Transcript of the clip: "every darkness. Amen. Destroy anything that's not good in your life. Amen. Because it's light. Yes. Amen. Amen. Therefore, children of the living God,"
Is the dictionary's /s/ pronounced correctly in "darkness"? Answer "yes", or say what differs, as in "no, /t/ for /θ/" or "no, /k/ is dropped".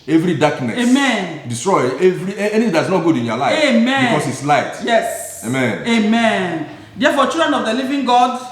no, /s/ is dropped